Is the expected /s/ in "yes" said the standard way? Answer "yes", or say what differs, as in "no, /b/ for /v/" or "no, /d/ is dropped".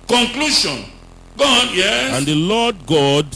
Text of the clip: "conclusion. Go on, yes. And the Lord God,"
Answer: no, /s/ is dropped